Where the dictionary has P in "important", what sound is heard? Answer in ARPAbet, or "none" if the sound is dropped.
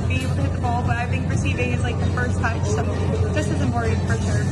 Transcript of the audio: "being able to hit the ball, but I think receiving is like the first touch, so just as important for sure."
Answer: none